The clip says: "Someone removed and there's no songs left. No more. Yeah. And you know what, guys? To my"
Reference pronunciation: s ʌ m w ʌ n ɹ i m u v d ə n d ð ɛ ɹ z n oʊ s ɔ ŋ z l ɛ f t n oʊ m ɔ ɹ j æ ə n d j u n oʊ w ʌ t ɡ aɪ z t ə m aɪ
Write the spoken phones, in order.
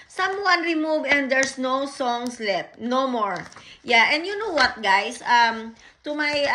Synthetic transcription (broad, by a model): s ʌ m w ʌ n ɹ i m u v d ə n d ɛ ɹ s n oʊ s ɔ ŋ s l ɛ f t n oʊ m ɔ ɹ j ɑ ə n d j u n oʊ w ʌ t ɡ aɪ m t ə m aɪ